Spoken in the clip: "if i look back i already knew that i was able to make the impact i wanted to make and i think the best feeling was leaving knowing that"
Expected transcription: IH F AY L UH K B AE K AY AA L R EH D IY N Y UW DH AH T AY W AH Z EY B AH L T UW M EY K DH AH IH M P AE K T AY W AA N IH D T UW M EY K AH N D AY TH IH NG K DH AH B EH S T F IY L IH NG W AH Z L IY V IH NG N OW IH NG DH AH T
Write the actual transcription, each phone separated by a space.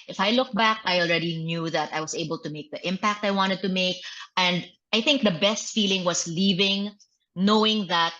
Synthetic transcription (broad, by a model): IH F AY L UH K B AE K AY AA L R EH D IY N Y UW DH AH T AY W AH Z EY B AH L T UW M EY K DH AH IH M P AE K T AY W AA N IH D T UW M EY K AH N D AY TH IH NG K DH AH B EH S T F IY L IH NG W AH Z L IY V IH NG N OW IH NG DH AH T